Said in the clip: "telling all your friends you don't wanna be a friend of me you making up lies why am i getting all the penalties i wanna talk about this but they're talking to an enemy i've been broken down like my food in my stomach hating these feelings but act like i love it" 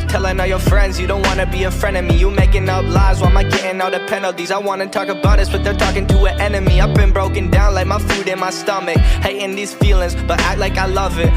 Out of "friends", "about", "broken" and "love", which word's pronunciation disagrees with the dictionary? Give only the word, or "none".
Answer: none